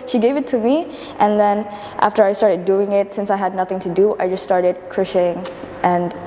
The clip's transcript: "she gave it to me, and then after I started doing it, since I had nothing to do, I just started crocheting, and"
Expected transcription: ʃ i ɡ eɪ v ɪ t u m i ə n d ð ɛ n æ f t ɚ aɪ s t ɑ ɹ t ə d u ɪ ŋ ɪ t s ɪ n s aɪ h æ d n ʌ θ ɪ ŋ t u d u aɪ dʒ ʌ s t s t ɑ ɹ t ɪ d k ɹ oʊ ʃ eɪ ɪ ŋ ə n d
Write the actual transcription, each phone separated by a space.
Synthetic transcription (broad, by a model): ʃ i ɡ eɪ v ɪ t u m i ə n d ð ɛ n æ f t ɚ aɪ s t ɑ ɹ t ə d u ɪ ŋ ɪ t s ɪ n s aɪ h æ d n ʌ θ ɪ ŋ t u d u aɪ dʒ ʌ s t s t ɑ ɹ t ɪ d k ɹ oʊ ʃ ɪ ŋ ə n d